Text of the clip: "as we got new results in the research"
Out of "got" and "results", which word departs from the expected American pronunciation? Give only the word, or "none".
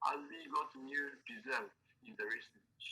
results